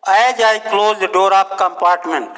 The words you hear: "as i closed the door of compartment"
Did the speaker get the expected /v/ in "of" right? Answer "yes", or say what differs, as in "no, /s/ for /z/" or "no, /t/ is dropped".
no, /p/ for /v/